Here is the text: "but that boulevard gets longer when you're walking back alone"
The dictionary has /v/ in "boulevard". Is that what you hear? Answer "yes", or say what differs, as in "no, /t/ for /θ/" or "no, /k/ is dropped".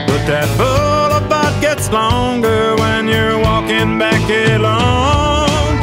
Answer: no, /b/ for /v/